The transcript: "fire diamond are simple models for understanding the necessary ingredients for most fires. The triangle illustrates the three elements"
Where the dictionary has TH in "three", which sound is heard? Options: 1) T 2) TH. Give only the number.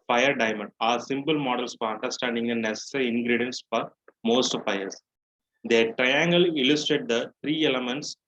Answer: 1